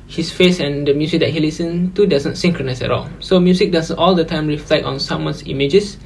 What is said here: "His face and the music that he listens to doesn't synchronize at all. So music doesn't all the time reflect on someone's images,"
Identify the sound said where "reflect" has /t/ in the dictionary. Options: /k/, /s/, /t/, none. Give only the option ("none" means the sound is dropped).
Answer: none